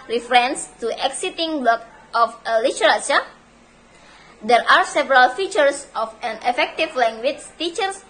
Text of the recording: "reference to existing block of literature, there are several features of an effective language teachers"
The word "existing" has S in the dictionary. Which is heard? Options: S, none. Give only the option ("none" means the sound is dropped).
none